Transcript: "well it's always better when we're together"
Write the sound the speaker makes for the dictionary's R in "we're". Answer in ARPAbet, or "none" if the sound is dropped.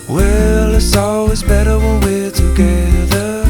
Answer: L